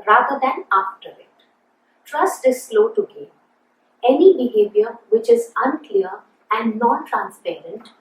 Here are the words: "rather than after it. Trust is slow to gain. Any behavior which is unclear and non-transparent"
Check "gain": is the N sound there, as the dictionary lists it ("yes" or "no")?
no